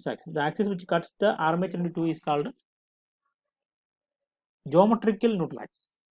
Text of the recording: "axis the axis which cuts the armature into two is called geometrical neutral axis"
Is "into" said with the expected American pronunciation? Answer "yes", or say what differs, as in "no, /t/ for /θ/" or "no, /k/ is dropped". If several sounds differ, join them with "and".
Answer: yes